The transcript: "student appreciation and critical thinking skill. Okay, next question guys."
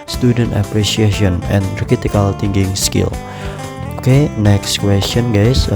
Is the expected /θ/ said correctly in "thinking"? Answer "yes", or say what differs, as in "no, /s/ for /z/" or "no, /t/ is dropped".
no, /t/ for /θ/